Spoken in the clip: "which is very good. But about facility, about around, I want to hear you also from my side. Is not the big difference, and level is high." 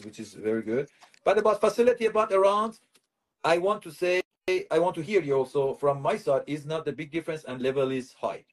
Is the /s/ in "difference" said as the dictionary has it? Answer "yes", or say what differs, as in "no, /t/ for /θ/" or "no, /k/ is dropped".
yes